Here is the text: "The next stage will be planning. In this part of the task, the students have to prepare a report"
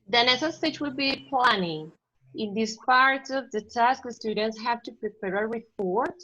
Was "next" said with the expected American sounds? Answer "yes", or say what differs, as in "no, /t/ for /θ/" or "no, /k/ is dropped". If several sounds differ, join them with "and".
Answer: no, /k/ is dropped